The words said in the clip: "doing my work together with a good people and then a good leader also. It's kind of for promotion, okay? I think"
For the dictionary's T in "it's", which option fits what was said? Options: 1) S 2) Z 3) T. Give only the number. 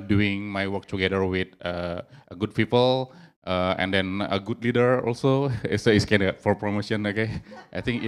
1